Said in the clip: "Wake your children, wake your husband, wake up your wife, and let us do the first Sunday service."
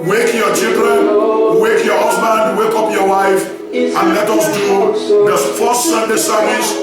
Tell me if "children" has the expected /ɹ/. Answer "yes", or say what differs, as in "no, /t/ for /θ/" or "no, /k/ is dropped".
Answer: yes